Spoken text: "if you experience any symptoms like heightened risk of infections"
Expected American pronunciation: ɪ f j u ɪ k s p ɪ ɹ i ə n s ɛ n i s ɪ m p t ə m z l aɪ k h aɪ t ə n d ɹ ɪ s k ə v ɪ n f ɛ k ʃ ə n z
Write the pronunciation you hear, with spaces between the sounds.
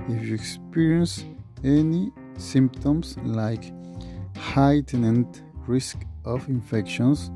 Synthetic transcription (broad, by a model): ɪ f j u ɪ k s p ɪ ɹ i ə n s ɛ n i s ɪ m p t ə m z l aɪ k h aɪ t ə n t ɹ ɪ s k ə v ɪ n f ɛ k ʃ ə n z